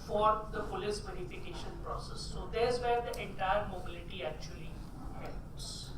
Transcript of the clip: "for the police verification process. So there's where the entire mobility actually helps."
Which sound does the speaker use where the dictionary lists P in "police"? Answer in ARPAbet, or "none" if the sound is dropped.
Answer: F